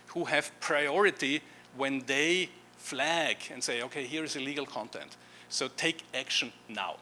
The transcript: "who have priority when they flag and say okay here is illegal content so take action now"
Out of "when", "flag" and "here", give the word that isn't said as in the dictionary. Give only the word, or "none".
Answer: none